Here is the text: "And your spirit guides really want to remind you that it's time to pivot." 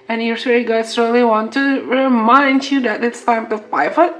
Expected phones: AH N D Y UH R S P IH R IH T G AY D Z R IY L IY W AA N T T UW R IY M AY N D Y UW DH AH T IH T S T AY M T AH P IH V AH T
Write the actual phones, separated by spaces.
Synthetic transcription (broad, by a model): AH N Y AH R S IH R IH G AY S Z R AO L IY W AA N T T UW R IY M AY N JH Y UW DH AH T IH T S T AY M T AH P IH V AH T